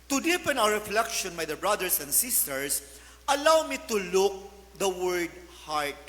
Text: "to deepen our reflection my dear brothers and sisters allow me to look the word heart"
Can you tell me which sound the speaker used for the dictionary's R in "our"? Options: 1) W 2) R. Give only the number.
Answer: 1